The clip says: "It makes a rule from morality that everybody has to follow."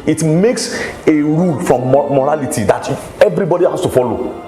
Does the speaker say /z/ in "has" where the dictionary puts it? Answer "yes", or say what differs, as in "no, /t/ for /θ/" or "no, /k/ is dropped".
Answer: no, /s/ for /z/